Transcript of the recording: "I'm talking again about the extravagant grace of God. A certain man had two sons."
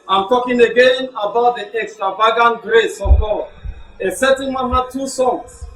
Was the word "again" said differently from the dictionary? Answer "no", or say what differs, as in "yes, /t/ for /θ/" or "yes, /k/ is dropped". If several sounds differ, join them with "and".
no